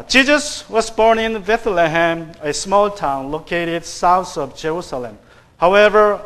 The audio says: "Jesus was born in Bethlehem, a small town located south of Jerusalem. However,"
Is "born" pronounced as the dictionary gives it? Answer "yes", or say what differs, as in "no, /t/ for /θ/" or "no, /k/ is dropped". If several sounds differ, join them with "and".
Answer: yes